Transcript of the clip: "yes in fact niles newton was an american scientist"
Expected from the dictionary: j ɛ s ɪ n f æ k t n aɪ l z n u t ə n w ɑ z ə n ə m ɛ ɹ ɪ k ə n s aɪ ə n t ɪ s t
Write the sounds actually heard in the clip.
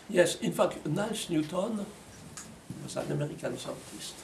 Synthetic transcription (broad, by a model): j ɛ s ɪ n f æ k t n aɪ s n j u t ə n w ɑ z ə n ə m ɛ ɹ ɪ k ə n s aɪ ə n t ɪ s t